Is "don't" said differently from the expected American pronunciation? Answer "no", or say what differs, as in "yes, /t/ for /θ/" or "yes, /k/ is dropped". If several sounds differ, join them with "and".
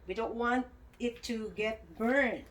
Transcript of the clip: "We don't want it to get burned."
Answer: no